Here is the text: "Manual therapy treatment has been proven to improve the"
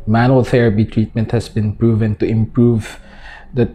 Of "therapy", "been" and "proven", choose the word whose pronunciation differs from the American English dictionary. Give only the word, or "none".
none